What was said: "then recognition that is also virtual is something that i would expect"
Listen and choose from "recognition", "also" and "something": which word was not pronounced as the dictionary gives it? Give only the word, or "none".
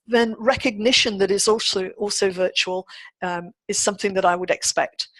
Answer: none